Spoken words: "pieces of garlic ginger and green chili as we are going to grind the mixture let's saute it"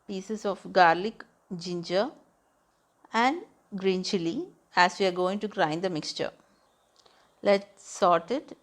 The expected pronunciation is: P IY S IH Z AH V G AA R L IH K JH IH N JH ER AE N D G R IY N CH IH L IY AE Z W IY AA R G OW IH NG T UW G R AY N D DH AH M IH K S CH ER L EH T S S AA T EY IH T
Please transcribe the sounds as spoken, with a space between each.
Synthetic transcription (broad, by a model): P IY S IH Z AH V G AA R L IH K JH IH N JH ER AE N D G R IY N CH IH L IY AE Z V IY AA R G OW IH NG T UW G R AY N D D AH M IH K S CH ER L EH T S S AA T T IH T